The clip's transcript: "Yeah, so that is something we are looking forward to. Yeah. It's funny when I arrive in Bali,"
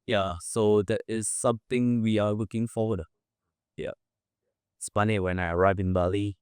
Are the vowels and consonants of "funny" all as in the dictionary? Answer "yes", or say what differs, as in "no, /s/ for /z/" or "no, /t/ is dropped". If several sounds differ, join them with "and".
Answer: no, /p/ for /f/